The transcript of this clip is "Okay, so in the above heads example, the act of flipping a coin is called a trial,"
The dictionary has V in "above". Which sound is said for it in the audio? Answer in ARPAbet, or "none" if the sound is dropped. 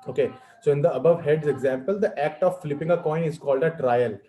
V